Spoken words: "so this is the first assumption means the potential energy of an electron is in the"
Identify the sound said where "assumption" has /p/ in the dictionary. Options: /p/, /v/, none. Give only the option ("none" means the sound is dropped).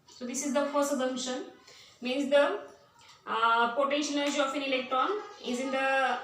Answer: none